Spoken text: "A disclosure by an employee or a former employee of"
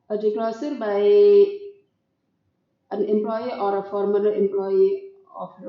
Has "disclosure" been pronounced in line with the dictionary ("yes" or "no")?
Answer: no